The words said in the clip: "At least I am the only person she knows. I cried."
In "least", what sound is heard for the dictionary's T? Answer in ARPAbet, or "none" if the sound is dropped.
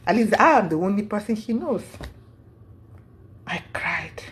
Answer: none